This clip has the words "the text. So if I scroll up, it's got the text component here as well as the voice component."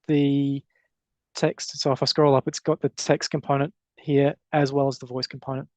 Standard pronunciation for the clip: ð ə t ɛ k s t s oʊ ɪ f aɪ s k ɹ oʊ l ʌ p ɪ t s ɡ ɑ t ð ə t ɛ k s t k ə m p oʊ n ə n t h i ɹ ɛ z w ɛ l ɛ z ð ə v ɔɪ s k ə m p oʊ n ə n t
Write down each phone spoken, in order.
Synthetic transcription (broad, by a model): ð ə t ɛ k s t s oʊ ɪ f aɪ s k ɹ oʊ l ʌ p ɪ t s ɡ ɑ t ð ə t ɛ k s t k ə m p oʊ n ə n t h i ɹ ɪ z w ɛ l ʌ z ð ə v ɔɪ s k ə m p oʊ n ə n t